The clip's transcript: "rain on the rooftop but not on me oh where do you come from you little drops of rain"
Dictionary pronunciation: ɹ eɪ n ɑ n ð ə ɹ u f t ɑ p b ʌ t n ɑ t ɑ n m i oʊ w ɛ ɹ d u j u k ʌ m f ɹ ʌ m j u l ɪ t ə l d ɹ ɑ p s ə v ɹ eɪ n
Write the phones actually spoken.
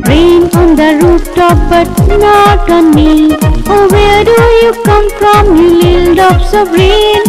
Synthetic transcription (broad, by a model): ɹ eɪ n ɑ n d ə ɹ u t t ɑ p b ʌ t n ɑ t ɑ n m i oʊ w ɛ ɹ d u j u k ʌ m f ɹ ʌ m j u l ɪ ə l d ɑ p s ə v ɹ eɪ n